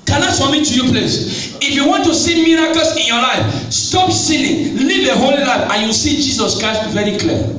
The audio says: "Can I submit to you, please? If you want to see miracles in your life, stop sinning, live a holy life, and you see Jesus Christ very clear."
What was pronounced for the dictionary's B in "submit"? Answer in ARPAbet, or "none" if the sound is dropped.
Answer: none